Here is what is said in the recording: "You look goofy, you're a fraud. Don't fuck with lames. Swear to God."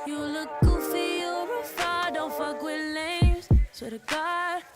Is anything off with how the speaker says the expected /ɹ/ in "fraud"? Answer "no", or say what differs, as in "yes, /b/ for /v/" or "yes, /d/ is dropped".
yes, /ɹ/ is dropped